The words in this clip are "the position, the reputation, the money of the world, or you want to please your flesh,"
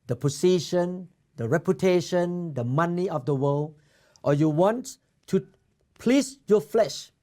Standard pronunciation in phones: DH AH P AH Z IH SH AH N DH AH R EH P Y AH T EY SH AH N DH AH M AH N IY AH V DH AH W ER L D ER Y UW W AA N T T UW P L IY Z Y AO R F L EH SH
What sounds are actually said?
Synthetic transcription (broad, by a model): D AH P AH S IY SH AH N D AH R EH P Y AH T EY SH AH N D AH M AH N IY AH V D AH W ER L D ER Y UW W AA N T T UW P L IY S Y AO F L EH SH